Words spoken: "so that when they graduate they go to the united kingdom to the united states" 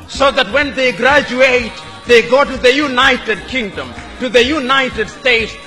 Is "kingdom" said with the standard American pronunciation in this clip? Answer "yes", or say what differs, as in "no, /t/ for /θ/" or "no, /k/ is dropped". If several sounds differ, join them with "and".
yes